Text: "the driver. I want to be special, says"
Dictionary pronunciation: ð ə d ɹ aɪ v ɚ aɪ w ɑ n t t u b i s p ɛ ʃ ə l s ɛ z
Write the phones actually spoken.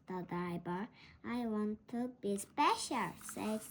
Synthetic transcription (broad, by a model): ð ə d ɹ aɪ b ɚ aɪ w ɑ n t t u b i s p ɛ ʃ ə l s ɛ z